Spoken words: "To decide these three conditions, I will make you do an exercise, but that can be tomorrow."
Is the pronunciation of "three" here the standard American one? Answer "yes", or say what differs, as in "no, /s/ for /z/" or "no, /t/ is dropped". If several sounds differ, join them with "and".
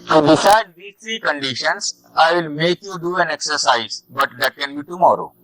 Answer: no, /t/ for /θ/